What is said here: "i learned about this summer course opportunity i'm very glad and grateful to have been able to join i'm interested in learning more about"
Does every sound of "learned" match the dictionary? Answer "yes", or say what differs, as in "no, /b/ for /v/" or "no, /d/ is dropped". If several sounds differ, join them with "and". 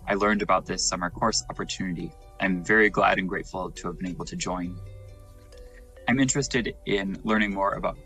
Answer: yes